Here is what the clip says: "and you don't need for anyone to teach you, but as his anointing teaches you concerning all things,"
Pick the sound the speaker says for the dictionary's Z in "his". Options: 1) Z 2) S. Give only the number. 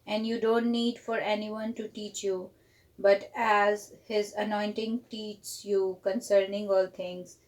1